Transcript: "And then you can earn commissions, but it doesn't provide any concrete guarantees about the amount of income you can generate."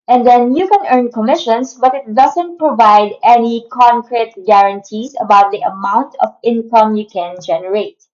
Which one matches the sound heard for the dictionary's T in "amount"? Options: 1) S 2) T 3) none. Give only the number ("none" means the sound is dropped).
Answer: 2